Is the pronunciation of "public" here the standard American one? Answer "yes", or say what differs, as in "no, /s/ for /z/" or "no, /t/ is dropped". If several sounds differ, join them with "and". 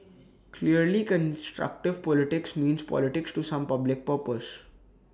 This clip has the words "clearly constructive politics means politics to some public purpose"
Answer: yes